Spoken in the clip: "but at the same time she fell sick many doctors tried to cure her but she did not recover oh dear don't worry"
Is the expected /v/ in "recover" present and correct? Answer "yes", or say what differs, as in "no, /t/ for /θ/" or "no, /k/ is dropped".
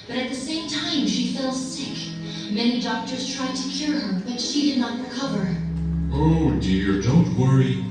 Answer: yes